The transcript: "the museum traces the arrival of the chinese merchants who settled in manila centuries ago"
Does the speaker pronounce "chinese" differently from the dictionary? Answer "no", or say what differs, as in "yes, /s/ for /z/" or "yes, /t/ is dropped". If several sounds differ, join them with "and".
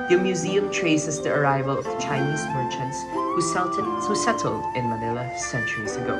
no